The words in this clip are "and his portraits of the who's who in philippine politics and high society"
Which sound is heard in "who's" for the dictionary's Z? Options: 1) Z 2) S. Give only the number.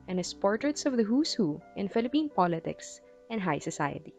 2